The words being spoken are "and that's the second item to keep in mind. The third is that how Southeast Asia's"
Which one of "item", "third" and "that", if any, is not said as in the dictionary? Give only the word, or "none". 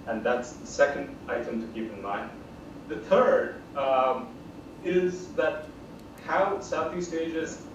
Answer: none